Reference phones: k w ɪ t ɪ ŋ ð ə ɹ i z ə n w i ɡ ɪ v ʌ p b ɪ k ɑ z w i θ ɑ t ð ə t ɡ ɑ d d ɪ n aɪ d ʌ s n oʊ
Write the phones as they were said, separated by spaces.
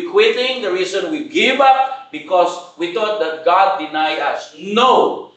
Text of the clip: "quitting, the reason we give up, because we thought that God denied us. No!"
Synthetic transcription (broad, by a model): k w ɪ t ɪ ŋ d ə ɹ i s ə n w i ɡ ɪ v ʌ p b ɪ k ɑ s w i t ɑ t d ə t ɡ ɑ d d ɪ n aɪ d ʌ s n oʊ